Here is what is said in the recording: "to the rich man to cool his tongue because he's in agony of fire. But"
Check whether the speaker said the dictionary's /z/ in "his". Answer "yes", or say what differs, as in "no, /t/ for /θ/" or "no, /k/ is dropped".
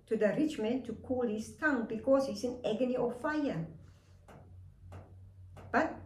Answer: no, /s/ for /z/